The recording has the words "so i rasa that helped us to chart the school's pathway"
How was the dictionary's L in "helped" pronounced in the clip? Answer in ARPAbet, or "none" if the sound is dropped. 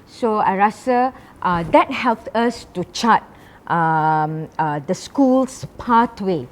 L